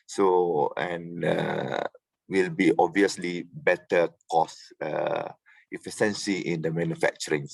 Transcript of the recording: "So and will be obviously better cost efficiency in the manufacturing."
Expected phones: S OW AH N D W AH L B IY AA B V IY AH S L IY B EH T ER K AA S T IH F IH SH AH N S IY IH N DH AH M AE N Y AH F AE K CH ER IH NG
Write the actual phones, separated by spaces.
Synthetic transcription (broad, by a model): S OW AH N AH W AH L B IY AA B V IY AH S L IY B EH T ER K AA S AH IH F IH S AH N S IY IH N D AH M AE N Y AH F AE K CH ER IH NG